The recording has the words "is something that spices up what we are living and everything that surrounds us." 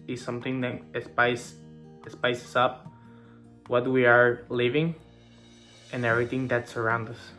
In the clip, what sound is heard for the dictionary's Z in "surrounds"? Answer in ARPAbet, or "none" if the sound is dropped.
none